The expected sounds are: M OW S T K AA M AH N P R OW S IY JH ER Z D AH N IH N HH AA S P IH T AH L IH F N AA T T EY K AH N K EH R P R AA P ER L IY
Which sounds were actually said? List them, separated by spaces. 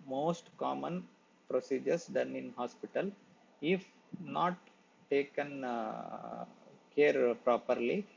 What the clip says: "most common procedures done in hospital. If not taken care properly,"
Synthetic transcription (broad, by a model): M OW S T K AA M AH N P R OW S IY JH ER S D AH N IH N HH AA S P IH T AH L IH F N AA T T EY K AH N K EH R P R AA P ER L IY